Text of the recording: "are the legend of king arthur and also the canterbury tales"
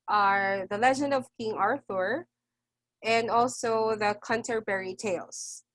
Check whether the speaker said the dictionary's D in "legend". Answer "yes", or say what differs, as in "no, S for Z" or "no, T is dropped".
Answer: yes